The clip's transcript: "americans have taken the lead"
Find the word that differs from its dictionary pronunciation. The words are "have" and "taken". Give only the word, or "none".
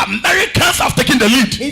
have